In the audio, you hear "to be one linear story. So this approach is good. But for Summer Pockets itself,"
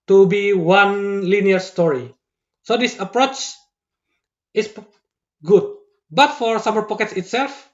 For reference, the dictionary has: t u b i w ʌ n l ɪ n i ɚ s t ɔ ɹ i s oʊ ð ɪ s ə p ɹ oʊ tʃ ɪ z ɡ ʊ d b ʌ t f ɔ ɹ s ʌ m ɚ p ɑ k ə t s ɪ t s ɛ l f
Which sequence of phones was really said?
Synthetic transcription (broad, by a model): t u b i w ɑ n l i n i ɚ s t ɔ ɹ i s oʊ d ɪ s ə p ɹ oʊ tʃ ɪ s ɡ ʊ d b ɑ t f ɔ ɹ s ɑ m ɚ p ɑ k ə t s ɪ t s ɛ l f